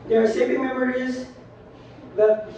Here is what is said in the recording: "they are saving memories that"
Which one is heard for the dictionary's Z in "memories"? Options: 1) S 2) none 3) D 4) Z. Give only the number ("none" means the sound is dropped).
4